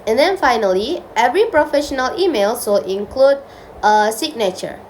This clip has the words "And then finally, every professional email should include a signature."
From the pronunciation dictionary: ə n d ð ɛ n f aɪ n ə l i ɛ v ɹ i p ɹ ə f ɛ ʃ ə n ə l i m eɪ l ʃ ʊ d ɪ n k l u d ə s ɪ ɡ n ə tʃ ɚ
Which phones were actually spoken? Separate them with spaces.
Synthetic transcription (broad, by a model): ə n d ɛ n f aɪ n ə l i ɛ v ɹ i p ɹ ə f ɛ ʃ ə n ə l i m eɪ l s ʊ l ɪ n k l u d ə s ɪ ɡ n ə tʃ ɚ